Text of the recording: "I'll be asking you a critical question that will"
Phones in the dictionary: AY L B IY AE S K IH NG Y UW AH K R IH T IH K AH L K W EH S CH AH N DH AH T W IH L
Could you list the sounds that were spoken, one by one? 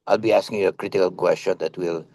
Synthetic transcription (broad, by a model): AY L B IY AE S K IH NG Y UW AH K R IH T IH K AH L K W EH S CH AH N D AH T W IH L